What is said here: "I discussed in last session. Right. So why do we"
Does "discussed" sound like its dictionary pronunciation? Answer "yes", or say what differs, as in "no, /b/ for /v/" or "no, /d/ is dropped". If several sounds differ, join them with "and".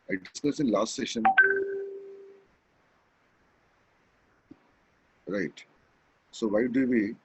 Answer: no, /t/ is dropped